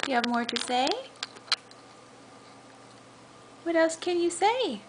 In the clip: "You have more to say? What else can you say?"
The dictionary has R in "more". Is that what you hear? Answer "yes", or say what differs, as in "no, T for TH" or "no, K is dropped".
yes